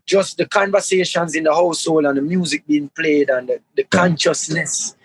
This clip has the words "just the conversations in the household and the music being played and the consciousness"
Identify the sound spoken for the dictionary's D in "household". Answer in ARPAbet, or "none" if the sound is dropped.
none